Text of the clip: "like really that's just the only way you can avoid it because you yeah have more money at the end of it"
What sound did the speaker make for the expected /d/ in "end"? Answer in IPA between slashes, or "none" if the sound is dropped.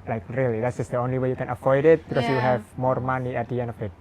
none